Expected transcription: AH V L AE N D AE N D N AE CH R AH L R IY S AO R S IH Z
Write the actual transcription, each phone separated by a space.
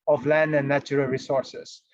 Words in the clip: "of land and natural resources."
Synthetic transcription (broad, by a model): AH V L AE N D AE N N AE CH R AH L R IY S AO R S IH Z